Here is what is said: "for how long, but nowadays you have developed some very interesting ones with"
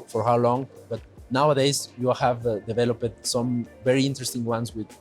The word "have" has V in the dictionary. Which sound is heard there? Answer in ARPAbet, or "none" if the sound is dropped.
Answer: V